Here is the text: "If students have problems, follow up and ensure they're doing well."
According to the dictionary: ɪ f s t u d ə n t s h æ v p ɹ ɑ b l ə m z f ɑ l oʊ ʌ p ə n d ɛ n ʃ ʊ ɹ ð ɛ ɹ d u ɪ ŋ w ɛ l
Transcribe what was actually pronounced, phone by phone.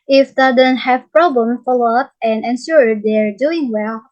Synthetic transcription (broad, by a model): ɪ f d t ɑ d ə n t h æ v p ɹ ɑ b l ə m f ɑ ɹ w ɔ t ə n d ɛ n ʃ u ɹ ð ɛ ɹ d u ɪ ŋ w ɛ l